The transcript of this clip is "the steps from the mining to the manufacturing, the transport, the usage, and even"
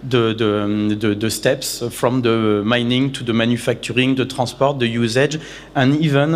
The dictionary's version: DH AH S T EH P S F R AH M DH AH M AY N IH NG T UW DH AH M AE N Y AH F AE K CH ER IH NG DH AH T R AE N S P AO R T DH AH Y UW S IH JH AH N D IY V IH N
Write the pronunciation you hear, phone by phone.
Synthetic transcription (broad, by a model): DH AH S T EH P S F R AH M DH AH M AY N IH NG T UW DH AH M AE N Y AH F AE K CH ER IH NG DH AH T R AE S P AO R T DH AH Y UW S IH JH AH N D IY V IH N